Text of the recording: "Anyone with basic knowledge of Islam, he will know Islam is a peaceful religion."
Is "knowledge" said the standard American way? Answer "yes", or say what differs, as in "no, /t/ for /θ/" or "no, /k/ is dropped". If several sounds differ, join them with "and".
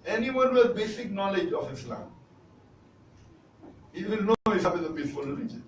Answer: yes